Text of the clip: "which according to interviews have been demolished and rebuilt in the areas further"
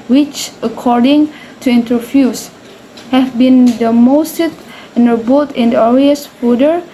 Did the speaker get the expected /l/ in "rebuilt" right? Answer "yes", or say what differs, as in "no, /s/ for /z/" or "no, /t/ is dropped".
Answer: no, /l/ is dropped